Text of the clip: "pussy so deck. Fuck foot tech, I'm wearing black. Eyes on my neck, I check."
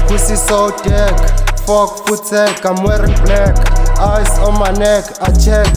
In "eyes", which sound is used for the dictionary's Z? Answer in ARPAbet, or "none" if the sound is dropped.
S